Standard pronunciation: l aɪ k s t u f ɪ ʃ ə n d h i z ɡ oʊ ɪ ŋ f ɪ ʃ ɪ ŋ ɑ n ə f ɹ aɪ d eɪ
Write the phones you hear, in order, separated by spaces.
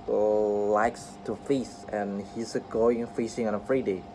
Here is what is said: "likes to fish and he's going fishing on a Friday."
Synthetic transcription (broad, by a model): l aɪ k s t u f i s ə n h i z ɡ oʊ ɪ ŋ f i s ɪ ŋ ɑ n ə f ɹ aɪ d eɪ